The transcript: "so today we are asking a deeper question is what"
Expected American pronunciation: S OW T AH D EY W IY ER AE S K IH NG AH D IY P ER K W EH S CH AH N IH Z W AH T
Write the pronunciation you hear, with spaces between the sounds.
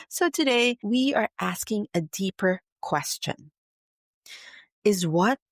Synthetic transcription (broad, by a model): S OW T AH D EY W IY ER AE S K IH NG AH D IY P ER K W EH S CH AH N IH Z W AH T